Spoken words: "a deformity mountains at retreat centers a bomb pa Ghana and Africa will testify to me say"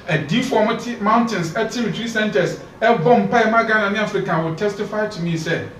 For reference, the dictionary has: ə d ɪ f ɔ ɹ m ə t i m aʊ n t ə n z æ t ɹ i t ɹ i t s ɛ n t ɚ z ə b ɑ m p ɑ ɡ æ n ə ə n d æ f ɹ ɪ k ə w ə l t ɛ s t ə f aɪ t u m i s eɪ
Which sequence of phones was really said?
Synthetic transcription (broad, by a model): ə d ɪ f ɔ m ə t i m aʊ n t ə n s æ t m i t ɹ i s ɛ n t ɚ s ə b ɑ m p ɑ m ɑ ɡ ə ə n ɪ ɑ f ɹ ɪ k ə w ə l t ɛ s t ə f aɪ t u m i s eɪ